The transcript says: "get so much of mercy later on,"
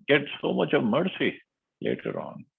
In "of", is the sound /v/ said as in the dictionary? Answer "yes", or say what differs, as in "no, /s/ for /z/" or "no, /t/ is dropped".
yes